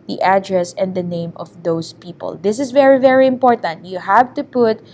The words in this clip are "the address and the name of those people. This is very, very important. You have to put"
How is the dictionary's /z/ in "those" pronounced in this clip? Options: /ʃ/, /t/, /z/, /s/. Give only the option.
/s/